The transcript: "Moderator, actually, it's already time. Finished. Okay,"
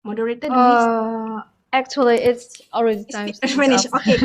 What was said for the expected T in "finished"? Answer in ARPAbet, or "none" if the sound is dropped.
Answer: none